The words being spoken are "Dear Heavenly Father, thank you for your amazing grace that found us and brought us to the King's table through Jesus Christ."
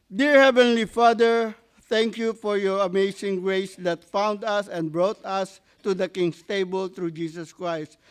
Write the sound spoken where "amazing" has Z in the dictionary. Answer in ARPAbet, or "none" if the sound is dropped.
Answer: S